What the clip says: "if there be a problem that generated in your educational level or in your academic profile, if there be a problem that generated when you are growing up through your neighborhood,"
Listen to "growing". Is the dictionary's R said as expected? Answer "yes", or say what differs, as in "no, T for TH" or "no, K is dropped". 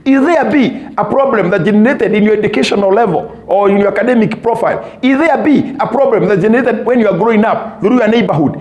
yes